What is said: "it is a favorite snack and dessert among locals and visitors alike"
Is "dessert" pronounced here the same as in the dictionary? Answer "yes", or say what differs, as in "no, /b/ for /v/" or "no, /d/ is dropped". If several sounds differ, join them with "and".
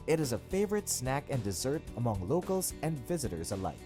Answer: yes